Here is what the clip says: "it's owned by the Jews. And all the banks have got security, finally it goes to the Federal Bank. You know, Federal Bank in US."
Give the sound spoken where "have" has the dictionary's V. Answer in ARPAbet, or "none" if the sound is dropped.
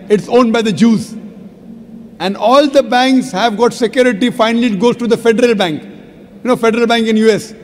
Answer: V